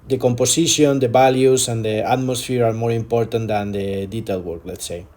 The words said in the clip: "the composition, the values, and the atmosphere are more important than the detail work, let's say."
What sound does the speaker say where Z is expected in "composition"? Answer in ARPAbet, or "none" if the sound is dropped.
S